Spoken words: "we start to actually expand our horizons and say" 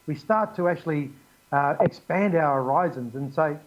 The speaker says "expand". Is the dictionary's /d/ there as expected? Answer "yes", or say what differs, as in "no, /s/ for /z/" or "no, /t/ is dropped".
yes